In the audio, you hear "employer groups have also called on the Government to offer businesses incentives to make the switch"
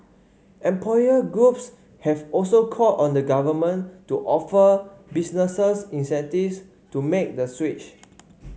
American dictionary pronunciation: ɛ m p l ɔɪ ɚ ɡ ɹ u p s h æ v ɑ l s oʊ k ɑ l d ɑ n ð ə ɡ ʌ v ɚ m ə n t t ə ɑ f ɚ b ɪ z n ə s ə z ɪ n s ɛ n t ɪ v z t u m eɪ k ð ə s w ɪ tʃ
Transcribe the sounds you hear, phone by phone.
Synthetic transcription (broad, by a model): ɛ m p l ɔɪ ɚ ɡ ɹ u p s h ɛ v ɑ l s oʊ k ɑ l ɑ n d ə ɡ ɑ v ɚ m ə n t t ɑ f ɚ b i s n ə s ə s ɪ n s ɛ n t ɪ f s t u m eɪ k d ə s w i tʃ